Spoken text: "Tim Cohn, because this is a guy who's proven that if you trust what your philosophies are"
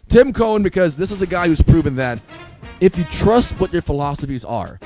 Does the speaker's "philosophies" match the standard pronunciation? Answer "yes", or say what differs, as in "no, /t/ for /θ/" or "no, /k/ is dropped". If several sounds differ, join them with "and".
yes